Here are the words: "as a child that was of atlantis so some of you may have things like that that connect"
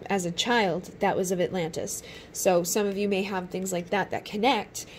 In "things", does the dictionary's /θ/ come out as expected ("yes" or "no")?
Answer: yes